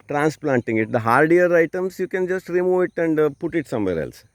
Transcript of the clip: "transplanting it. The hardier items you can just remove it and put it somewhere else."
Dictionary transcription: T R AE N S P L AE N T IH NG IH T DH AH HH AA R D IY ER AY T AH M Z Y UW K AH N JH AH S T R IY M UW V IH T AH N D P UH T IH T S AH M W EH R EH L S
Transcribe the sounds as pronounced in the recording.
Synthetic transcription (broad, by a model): T R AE N S P L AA N T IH NG IH T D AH HH AA R D IY ER AY T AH M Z Y UW K AH N JH AH S T R IY M UW V IH T AH N D P UH T IH T S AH M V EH R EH L S